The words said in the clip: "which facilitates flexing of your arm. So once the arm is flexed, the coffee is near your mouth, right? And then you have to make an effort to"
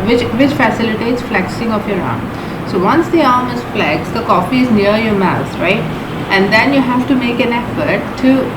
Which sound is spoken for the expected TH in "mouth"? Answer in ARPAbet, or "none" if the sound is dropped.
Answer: S